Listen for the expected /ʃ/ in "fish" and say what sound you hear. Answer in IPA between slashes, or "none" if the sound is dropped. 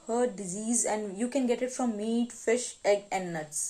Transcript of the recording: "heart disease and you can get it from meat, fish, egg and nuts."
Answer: /ʃ/